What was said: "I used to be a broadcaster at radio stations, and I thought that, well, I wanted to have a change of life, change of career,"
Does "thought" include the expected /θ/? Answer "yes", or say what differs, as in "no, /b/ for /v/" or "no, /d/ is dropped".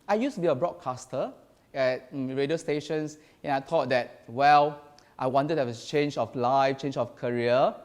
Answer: no, /t/ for /θ/